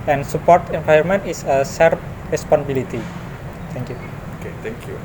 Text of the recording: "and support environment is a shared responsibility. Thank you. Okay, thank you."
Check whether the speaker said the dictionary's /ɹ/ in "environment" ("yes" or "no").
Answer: no